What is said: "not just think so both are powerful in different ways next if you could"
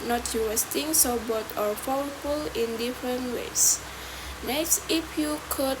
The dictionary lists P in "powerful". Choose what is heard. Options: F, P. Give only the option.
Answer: F